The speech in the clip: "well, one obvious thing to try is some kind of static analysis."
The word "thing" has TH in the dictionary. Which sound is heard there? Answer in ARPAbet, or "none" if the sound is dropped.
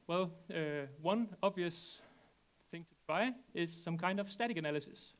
TH